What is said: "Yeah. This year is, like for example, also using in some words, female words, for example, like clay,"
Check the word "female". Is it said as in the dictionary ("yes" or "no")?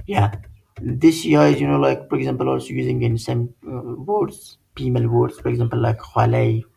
no